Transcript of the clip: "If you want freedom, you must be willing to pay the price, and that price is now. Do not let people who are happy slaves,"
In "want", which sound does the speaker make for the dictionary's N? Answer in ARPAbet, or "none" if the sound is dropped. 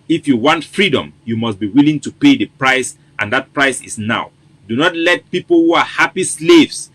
N